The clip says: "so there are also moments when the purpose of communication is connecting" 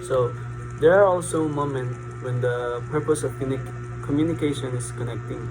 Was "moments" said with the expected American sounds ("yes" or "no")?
no